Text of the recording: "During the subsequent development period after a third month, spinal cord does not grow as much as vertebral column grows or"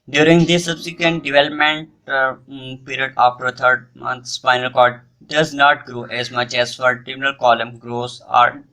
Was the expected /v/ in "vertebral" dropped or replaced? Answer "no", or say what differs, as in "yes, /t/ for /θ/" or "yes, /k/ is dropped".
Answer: yes, /f/ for /v/